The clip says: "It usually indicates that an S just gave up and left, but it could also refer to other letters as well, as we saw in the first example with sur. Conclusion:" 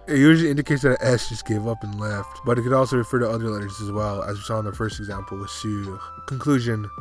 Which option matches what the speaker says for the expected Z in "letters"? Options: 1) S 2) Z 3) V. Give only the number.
2